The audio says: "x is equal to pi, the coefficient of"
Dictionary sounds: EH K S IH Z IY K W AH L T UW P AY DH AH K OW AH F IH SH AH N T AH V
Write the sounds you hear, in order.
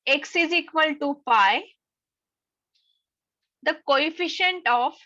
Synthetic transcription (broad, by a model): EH K S IH Z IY K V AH L T UW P AY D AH K OW AH F IH SH AH N T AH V